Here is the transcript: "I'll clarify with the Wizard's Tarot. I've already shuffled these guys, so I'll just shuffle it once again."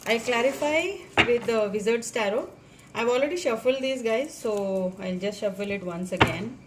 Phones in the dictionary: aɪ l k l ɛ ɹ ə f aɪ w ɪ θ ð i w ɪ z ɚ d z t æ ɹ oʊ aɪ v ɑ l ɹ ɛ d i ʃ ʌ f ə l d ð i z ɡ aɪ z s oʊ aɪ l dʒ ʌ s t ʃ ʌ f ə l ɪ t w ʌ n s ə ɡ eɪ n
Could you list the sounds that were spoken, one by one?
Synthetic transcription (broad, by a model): aɪ k l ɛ ɹ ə f aɪ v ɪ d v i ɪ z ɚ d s t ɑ ɹ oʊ aɪ v ɑ l ɹ ɛ d i ʃ ʌ f ə l d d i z ɡ aɪ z s oʊ aɪ l dʒ ʌ s t ʃ ʌ f ə l ɪ t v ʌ n s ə ɡ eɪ n